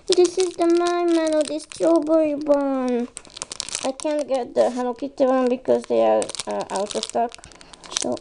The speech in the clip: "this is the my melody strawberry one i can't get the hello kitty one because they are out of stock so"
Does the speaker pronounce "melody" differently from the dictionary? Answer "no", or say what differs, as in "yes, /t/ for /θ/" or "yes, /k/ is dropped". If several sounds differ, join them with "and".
yes, /n/ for /l/